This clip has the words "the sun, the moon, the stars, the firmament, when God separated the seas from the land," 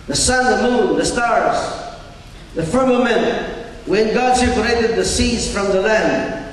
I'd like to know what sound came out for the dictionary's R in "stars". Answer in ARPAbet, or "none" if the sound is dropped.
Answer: R